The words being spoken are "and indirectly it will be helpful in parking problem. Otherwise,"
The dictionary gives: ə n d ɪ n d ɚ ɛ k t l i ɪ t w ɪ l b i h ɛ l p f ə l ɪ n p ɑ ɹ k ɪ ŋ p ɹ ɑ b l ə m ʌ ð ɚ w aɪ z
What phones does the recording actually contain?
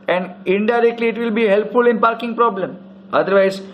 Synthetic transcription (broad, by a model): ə n d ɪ n d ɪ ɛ k t l i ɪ t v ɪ l b i h ɛ l p f ə l ɪ n p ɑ ɹ k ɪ ŋ p ɹ ɑ b l ə m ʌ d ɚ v aɪ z